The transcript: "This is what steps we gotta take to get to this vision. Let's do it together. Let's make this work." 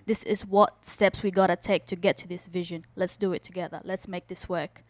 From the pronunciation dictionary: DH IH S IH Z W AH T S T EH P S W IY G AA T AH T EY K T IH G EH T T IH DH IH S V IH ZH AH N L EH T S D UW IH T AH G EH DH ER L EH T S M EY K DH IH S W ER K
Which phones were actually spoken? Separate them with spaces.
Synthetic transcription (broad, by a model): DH IH S IH Z W AH T S T EH P S W IY G AA T AH T EY K T IH G EH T T IH DH IH S V IH ZH AH N L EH T S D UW IH T AH G EH DH ER L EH T S M EY K DH IH S W ER K